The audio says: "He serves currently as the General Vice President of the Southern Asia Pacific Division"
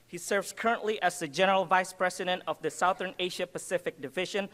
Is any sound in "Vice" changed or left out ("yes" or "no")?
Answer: no